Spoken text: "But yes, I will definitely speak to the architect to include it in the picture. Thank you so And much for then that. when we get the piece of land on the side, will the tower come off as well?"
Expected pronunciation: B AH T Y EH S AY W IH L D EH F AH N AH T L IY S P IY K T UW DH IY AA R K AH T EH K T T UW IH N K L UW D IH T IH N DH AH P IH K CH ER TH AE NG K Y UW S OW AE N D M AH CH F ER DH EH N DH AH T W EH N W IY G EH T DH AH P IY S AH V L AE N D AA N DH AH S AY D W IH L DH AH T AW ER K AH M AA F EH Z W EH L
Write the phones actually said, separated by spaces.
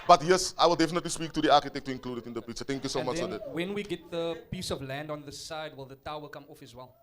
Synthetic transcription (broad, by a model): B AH T Y EH S AY W IH L D EH F AH N AH T L IY S P IY K T UW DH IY AA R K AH T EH K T T UW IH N K L UW D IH T IH N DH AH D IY CH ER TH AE NG K Y UW S OW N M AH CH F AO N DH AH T W EH N W IY G EH T DH AH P IY S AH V L AE N D AA N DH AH S AY D W IH L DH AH T AW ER K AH M AA F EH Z W EH L